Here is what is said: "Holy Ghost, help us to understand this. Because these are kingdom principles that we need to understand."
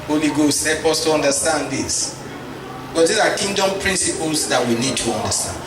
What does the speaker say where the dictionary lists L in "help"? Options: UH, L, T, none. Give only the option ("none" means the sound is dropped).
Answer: none